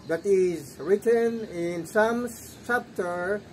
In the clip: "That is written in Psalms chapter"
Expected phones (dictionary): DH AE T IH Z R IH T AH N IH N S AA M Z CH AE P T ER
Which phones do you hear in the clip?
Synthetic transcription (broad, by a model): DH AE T IH Z R IH T AH N IH N S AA M S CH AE P T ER